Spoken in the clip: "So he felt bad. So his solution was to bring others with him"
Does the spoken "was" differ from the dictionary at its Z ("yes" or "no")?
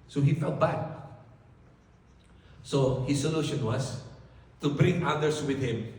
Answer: yes